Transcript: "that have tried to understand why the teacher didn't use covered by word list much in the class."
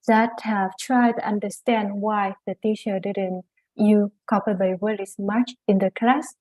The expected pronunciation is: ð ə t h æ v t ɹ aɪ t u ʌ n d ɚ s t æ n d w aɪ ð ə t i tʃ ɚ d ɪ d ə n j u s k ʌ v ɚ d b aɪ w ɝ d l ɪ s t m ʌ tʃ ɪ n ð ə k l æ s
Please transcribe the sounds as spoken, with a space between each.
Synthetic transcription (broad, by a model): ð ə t h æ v t ɹ aɪ t u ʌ n d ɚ s t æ n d w aɪ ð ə t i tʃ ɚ d ɪ d ə n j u k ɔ p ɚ b aɪ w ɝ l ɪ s m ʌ tʃ ɪ n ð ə k l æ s